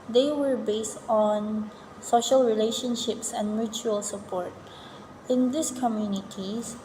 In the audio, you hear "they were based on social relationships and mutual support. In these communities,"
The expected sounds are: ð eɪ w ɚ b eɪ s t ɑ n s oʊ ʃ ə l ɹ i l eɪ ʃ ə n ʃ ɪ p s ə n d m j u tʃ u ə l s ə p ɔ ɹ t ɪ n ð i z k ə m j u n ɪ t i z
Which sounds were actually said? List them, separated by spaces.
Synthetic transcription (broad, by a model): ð eɪ w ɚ b eɪ s t ɑ n s oʊ ʃ ə l ɹ i l eɪ ʃ ə n ʃ ɪ p s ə n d m j u tʃ u ə l s ə p ɔ ɹ t ɪ n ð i s k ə m j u n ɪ t i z